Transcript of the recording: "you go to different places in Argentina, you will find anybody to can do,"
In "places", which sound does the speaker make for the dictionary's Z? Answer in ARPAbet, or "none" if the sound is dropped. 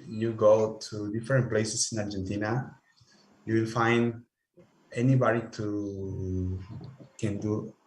S